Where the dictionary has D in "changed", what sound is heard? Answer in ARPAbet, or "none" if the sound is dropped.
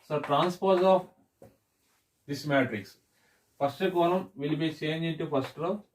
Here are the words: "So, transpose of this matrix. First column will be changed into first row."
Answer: none